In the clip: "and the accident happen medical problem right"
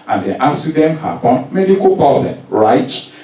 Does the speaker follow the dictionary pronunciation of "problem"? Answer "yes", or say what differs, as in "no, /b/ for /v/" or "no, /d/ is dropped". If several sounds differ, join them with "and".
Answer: no, /ɹ/ is dropped